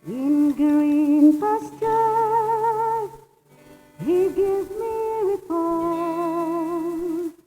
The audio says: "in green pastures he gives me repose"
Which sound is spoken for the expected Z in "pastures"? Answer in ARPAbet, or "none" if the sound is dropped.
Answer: none